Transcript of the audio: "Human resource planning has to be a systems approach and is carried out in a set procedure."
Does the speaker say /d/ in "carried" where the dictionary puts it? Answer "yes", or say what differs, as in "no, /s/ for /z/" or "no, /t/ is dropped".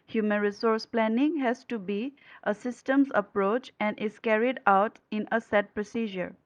yes